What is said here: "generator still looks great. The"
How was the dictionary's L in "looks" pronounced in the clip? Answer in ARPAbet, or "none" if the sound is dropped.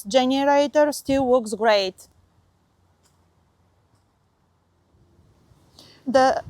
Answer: W